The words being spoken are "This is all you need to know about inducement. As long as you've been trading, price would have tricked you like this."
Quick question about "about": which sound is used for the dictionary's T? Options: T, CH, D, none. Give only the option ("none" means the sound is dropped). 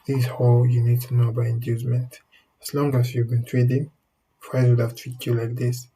none